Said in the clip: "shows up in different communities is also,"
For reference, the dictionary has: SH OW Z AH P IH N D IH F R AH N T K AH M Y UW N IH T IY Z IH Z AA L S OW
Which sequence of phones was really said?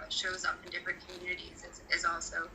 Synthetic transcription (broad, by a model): SH OW Z AH P IH N D IH F R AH N K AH M Y UW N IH T IY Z IH Z AA L S OW